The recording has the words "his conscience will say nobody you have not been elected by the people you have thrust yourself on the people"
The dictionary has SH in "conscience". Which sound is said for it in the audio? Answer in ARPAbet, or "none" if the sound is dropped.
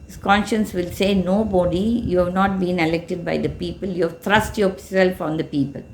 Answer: SH